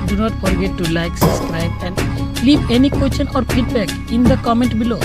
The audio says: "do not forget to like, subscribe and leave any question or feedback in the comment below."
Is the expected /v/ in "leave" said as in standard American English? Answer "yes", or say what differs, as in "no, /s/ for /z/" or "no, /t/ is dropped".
no, /p/ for /v/